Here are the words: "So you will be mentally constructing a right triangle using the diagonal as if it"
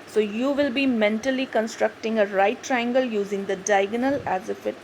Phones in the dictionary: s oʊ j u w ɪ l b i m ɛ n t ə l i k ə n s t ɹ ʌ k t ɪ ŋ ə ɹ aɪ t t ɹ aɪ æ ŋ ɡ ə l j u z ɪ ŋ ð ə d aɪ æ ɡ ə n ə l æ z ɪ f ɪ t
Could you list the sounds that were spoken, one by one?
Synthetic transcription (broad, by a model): s oʊ j u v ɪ l b i m ɛ n t ə l i k ə n s t ɹ ʌ k t ɪ ŋ ə ɹ aɪ t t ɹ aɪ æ ŋ ɡ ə l j u z ɪ ŋ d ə d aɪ ɡ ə n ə l æ z ɪ f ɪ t